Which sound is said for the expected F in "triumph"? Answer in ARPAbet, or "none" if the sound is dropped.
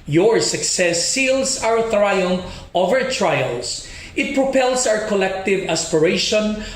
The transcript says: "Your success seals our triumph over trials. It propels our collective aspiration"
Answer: none